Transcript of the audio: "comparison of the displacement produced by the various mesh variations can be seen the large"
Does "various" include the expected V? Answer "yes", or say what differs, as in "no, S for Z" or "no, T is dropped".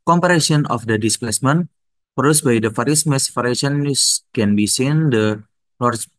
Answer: no, F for V